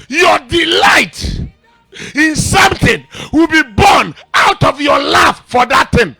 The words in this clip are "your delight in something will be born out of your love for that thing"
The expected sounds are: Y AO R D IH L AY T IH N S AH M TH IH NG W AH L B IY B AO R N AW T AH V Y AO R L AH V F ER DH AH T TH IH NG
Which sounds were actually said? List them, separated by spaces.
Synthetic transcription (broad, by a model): Y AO D IH L AY T IH N S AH M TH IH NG W AH L B IY B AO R N AW T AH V Y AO L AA F F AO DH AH T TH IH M